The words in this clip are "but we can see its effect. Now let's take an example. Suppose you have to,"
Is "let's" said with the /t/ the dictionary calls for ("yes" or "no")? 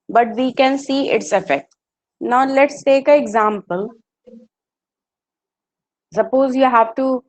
yes